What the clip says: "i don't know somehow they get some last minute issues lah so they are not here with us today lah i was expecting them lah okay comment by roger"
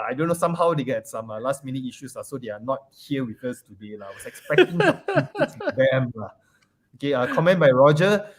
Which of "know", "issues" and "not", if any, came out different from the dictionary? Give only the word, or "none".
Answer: issues